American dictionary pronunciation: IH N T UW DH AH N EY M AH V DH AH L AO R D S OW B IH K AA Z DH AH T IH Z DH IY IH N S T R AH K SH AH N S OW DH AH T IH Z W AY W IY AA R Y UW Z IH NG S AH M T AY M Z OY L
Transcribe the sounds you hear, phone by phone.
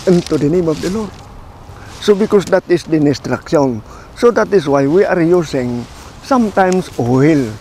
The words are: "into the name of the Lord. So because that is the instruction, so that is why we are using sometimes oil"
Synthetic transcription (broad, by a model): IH N T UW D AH N EY M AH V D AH L AO R D S OW B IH K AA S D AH T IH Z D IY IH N S T R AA K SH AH N S OW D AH T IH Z W AY W IY AA R Y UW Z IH NG S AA M T AY M S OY L